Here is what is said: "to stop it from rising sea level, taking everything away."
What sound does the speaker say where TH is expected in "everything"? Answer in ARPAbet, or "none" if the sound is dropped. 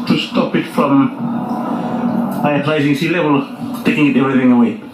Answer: TH